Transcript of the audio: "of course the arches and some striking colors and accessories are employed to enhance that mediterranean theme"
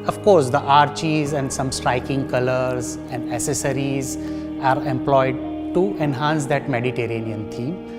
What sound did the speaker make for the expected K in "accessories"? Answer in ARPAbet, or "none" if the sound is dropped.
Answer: none